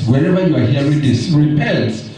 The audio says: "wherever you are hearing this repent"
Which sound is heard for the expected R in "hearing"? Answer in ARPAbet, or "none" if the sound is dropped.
none